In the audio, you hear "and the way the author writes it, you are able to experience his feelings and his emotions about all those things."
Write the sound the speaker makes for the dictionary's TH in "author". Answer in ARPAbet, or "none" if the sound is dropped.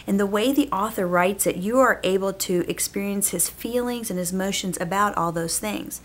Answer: TH